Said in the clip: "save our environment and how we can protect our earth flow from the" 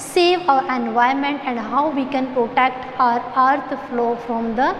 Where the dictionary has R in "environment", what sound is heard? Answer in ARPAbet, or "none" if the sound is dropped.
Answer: none